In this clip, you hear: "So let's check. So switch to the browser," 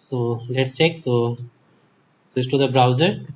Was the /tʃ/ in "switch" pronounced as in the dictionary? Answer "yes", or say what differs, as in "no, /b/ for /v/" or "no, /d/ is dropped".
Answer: no, /s/ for /tʃ/